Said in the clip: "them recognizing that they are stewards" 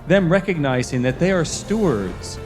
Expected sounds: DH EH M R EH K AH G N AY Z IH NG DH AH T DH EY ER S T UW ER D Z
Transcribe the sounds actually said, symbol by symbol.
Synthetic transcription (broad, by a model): DH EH M R EH K AH G N AY Z IH NG DH AH T DH EY ER S T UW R D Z